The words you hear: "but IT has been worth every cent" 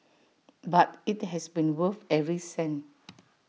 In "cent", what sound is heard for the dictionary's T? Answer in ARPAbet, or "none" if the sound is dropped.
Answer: none